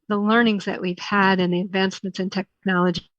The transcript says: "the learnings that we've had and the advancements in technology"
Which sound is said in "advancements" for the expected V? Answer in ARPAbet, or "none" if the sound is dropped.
V